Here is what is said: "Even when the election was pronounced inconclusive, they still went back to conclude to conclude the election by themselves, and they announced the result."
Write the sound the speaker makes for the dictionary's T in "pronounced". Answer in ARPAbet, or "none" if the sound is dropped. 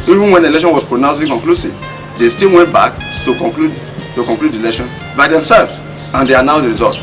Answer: none